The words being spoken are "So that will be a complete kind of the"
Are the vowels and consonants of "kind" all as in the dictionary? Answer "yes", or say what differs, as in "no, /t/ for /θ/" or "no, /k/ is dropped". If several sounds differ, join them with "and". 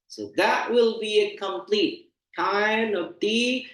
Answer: no, /d/ is dropped